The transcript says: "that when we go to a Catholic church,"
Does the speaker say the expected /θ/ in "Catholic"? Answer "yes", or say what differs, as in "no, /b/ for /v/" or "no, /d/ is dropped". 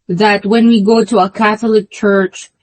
yes